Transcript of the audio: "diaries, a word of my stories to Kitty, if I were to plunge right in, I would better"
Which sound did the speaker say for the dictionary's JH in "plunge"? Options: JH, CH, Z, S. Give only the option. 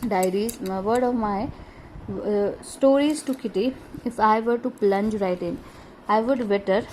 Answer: JH